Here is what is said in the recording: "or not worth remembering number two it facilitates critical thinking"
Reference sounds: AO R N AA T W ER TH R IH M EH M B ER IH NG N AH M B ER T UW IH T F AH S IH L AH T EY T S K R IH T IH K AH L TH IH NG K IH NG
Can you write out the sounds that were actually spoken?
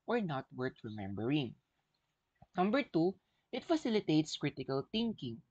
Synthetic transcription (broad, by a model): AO R N AA T W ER T R IH M EH M B ER IH NG N AH M B ER T UW IH T F AH S IH L AH T EY T S K R IH T IH K AH L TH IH NG K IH NG